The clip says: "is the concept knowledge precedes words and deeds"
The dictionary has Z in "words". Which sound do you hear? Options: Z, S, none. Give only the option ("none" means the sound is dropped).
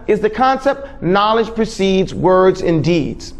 Z